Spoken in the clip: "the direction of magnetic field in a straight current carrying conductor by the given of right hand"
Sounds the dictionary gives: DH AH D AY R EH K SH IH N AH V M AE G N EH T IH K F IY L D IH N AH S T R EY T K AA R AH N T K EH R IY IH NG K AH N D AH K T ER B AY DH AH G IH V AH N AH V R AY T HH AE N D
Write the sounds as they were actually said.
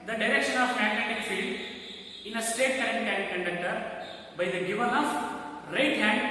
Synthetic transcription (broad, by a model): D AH D AY R EH K SH IH N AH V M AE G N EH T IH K F IY L D IH N AH S T EY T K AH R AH N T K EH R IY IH K AH N D AH K T ER B AY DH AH G IH V AH N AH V R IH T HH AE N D